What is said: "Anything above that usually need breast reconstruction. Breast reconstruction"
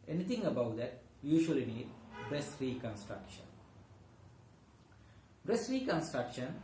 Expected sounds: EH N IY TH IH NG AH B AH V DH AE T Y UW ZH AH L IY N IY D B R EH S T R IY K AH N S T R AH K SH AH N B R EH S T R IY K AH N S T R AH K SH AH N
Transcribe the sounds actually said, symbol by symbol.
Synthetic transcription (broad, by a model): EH N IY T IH NG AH B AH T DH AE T Y UW SH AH L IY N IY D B R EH S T R IY K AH N S T R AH K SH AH N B R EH S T R IY K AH N S T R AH K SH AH N